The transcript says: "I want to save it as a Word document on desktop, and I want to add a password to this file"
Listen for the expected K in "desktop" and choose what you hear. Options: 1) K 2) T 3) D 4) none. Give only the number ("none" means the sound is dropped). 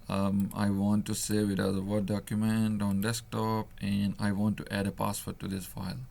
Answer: 1